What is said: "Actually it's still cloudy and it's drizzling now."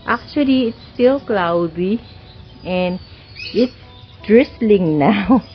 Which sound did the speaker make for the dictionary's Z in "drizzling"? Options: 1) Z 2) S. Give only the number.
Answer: 2